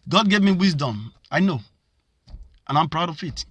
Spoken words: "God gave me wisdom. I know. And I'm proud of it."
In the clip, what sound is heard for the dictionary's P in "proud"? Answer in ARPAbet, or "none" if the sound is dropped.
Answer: P